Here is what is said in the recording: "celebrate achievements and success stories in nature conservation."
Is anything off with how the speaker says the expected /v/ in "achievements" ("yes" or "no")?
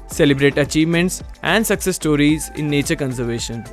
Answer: no